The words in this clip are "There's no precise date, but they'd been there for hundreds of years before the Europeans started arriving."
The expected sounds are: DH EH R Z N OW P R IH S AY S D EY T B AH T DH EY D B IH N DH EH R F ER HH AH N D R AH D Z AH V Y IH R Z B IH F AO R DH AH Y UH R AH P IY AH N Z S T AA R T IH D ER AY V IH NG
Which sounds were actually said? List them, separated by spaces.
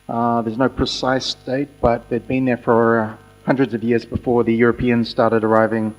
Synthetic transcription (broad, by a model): DH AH R Z N OW P R IH S AY S D EY T B AH T DH EY D B IH N DH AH R F ER HH AH N D R AH D Z AH V Y IH R Z B IH F AO R DH AH Y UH R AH P IY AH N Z S T AA R T IH D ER AY V IH NG